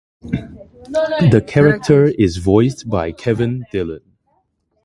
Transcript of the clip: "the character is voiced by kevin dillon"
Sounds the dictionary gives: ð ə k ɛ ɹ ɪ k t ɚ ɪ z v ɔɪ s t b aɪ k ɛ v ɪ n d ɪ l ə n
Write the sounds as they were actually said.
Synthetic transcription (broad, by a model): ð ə k ɛ ɹ ɪ k t ɚ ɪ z v ɔɪ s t b aɪ k ɛ v ɪ n d ɪ l ə n